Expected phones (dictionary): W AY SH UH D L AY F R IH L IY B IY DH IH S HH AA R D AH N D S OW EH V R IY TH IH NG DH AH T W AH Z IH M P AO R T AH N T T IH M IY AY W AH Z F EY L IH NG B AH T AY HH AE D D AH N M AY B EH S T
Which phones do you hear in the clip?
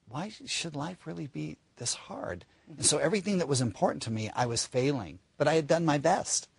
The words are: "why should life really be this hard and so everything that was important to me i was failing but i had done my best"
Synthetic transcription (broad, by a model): W AY SH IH D L AY F R IH L IY B IY DH IH S HH AA R D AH N S OW EH V R IY TH IH NG DH AH T W AH Z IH M P AO R T N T T IH M IY AY W AH Z F EY L IH NG B AH T AY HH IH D D AH N M AY B EH S T